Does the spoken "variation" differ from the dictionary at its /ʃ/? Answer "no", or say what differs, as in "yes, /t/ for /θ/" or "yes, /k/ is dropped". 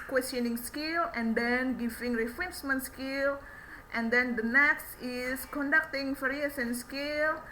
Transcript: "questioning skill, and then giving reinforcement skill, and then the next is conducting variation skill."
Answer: yes, /s/ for /ʃ/